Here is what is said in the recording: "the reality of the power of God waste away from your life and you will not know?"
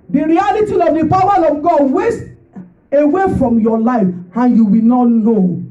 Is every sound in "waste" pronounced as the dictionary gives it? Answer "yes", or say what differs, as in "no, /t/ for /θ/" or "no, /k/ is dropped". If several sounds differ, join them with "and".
yes